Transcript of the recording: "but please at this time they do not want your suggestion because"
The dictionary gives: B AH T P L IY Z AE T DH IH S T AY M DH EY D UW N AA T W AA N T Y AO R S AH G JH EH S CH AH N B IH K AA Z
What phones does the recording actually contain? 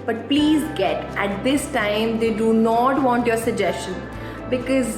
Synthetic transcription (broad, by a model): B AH T P L IY Z AE T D IH S T AY M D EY D UW N AA T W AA N T Y AO R S AH G JH EH S CH AH N B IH K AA Z